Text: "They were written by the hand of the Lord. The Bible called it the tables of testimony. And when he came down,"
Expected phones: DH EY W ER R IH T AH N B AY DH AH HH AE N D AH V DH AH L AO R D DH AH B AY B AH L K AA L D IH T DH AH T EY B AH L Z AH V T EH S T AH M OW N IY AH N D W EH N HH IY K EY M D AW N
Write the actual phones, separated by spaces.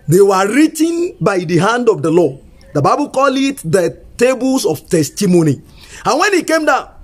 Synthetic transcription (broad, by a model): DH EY W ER R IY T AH N B AY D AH HH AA N D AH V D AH L AO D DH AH B AY B AH L K AA L IH T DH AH T EY B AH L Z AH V T EH S T AH M OW N IY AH N W EH N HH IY K EY M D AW